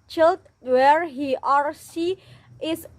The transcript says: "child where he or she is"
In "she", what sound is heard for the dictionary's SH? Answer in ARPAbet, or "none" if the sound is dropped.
S